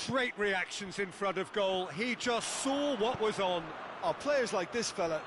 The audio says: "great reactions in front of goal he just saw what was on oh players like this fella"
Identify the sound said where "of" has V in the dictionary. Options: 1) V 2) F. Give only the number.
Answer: 1